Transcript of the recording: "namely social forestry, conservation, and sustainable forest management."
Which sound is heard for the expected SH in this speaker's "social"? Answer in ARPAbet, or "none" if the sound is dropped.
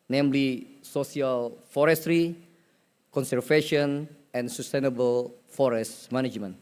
S